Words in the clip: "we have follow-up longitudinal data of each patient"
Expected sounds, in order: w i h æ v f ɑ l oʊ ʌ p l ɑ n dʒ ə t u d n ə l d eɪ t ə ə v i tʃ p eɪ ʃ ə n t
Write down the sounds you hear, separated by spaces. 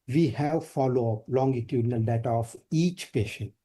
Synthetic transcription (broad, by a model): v i h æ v f ɑ l oʊ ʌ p l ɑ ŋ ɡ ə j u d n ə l d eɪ t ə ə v i tʃ p eɪ ʃ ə n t